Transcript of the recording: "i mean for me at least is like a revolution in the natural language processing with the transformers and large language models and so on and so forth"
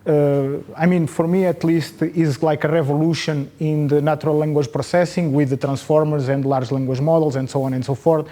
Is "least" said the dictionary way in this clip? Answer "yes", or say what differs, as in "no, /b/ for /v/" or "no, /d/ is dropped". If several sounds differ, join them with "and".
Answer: yes